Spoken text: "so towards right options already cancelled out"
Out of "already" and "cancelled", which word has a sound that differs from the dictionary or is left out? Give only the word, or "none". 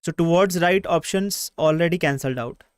none